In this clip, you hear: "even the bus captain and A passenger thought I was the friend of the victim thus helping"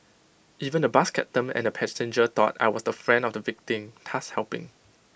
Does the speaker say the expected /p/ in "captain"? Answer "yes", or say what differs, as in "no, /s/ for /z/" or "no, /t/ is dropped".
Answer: no, /p/ is dropped